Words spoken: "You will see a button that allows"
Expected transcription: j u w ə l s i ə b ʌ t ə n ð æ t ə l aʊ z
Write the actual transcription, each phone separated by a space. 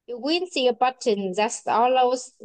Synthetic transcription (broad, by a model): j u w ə n s i ə b ʌ t ə n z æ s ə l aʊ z